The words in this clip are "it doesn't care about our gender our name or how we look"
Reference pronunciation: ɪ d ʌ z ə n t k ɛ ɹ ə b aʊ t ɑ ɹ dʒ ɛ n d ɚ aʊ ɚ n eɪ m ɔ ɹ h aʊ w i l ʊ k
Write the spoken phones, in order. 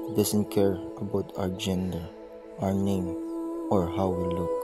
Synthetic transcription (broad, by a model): d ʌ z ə n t k ɛ ɹ ə b aʊ t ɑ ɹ dʒ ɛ n d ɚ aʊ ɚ n eɪ m ɔ ɹ h aʊ w i l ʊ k